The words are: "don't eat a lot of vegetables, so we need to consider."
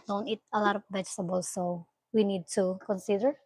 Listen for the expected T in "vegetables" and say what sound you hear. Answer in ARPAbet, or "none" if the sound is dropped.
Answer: S